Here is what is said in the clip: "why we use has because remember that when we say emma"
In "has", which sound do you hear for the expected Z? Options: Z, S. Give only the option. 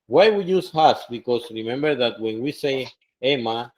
S